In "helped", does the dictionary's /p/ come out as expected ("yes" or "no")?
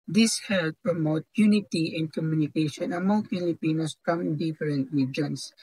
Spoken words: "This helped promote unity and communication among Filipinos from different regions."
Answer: no